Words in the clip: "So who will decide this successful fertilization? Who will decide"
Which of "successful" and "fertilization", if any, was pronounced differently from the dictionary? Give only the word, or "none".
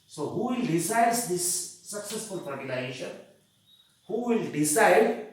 fertilization